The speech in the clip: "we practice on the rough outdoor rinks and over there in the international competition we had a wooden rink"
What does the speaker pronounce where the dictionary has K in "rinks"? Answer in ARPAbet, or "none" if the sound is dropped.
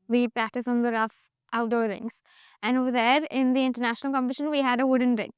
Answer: none